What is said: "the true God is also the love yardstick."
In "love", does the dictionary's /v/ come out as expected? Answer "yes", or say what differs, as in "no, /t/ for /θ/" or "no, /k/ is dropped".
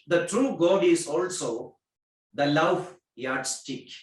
no, /f/ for /v/